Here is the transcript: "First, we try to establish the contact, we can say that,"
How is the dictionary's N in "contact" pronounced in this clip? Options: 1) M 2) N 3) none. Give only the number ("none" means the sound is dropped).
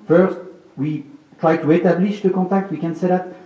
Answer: 3